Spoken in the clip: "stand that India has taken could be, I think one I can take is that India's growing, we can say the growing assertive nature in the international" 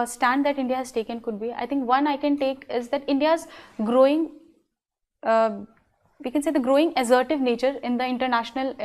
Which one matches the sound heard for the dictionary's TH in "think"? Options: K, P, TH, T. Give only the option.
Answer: T